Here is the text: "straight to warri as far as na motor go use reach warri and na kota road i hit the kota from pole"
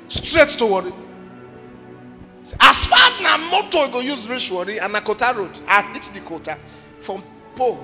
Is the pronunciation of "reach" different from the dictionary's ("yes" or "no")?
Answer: yes